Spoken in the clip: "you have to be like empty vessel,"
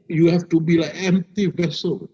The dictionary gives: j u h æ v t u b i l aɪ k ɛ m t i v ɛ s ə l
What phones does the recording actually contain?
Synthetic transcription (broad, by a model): j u h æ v t u b i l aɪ ɛ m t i v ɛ s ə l